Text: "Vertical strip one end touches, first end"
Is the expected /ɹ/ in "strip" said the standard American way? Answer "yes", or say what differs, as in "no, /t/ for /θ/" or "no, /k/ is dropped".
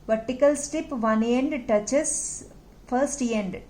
no, /ɹ/ is dropped